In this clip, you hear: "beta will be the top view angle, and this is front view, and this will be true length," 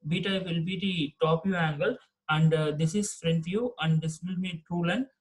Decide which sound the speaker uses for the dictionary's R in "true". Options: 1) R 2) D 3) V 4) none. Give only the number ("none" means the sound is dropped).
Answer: 4